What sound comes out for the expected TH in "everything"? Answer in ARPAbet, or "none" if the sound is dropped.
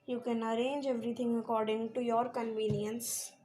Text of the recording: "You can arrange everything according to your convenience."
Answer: T